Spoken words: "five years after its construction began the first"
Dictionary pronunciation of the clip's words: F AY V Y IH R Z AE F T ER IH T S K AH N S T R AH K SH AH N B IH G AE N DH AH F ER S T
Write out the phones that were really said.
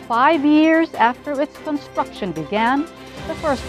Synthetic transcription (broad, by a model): F AY V Y IH R Z AE F T ER IH T S K AH N S T R AH K SH AH N B IH G AE N DH AH F ER S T